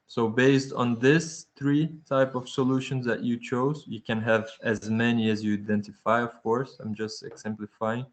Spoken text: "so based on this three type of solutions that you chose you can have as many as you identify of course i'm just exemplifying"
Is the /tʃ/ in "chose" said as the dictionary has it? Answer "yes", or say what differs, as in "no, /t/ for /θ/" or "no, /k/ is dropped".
yes